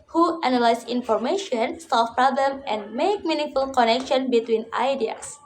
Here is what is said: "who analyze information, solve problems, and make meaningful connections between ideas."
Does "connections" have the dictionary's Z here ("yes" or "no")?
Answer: no